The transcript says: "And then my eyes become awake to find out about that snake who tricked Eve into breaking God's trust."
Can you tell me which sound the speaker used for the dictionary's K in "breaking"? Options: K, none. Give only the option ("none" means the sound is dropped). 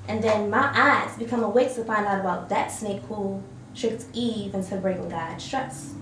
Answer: none